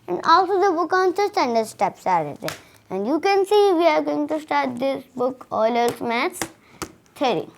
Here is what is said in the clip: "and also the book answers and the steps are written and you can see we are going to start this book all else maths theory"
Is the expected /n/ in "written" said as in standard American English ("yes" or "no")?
no